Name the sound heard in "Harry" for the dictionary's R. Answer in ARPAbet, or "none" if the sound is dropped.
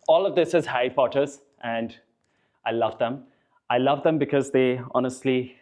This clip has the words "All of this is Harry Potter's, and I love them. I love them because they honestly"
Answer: none